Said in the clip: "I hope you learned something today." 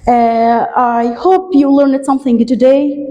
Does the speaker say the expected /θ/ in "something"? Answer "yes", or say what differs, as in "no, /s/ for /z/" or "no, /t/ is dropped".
yes